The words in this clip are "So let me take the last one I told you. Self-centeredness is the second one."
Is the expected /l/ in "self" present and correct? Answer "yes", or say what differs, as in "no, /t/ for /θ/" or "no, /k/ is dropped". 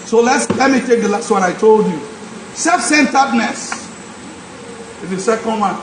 no, /l/ is dropped